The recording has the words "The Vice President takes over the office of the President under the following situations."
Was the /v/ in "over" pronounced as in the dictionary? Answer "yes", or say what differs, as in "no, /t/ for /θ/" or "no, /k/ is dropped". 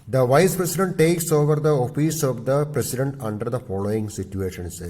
yes